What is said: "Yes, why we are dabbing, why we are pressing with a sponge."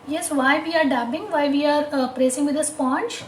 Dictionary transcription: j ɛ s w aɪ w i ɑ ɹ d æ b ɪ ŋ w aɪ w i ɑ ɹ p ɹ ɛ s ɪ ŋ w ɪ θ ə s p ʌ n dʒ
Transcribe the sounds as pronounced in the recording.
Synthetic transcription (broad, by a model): j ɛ s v aɪ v i ɑ ɹ d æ b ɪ ŋ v aɪ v i ɑ ɹ p ɹ ɛ s ɪ ŋ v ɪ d ə s p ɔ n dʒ